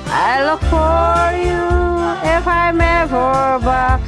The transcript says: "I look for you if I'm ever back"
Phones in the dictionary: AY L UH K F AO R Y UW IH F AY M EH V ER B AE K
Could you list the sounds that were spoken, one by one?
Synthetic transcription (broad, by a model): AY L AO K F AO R Y UW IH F AY M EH B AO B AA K